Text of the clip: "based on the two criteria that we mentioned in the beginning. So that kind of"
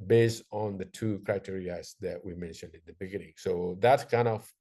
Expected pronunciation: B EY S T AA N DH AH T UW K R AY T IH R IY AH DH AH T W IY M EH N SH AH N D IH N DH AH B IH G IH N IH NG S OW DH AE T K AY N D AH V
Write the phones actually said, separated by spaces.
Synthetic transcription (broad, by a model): B EY S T N DH AH T UW K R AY T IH R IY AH DH AH T W IY M EH N SH AH N D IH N DH AH B IH G IH N IH NG S OW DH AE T K AY N D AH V